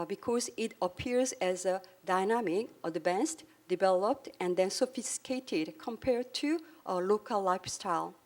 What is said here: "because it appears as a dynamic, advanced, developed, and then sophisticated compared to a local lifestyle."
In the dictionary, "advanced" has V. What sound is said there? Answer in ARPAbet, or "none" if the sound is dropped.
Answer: B